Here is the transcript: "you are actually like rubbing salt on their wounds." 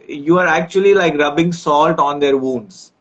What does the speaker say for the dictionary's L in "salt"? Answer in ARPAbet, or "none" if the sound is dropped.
L